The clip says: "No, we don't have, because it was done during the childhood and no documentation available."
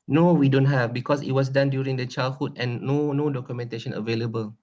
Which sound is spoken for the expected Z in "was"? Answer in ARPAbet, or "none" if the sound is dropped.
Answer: S